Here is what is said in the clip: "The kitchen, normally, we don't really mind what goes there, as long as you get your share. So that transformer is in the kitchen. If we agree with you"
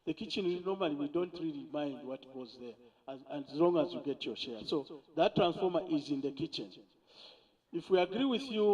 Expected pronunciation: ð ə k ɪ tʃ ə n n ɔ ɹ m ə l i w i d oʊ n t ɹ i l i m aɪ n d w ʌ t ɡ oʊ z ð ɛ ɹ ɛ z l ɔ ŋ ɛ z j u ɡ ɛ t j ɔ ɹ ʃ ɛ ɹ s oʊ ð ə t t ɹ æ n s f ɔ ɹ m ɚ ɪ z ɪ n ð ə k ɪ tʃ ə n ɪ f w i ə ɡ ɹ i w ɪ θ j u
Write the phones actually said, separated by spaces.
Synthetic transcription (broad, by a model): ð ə k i tʃ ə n n ɔ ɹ m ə l i w i d oʊ n t ɹ i l i m aɪ n d w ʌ t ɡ oʊ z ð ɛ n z l ɔ ŋ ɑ z j u ɡ ɛ t j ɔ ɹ ʃ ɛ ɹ s oʊ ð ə t t ɹ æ n s f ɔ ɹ m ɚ ɪ z ɪ n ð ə k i tʃ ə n ɪ f w i ə ɡ ɹ i w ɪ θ j u